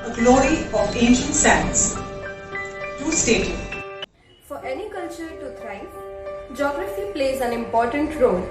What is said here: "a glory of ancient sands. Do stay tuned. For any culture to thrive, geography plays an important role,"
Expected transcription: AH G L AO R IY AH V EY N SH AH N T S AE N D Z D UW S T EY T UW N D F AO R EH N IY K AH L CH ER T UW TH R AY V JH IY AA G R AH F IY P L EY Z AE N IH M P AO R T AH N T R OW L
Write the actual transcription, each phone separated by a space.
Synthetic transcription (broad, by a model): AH G L AO R IY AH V EY N SH AH N T S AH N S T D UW S T EY T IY F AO R EH N IY K AH L CH ER T UW T R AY JH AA G R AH F IY P L EY Z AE N IH M P AO R T AH N T R OW L